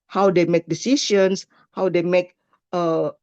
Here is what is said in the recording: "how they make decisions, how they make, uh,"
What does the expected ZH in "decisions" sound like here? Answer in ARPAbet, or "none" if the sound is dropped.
SH